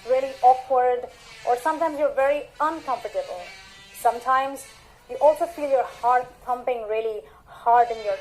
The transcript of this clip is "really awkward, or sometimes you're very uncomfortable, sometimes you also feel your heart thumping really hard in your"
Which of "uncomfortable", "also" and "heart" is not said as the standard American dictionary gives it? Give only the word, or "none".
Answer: none